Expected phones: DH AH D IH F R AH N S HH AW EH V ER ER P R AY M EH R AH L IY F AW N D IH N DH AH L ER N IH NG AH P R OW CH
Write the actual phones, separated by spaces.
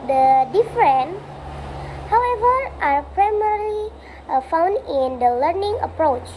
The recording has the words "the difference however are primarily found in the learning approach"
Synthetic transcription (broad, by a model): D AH D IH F R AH N HH AW EH V ER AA P R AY M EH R L IY F AW N D IH N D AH L ER N IH NG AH P R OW CH